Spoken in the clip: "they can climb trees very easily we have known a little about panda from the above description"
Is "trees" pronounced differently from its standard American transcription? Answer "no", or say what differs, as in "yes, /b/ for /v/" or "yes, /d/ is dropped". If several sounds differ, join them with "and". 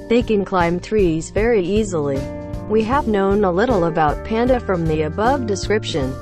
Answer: no